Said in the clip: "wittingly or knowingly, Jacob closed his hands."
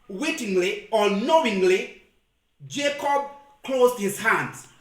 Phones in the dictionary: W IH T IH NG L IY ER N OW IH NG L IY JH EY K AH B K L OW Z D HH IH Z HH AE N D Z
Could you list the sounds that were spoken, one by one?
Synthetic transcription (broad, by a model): W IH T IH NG L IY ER N OW IH NG L IY JH EY K AH B K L OW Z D HH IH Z HH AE N D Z